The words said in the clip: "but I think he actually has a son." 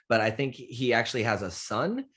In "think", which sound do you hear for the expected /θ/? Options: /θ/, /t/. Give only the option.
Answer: /θ/